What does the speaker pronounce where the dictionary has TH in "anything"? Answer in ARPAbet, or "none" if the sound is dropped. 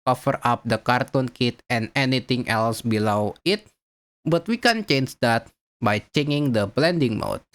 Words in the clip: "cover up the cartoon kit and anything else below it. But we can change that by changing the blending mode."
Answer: T